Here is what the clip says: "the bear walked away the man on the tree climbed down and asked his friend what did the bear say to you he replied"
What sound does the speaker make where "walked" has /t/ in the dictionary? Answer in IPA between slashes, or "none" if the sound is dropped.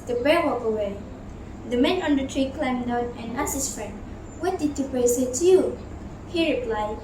none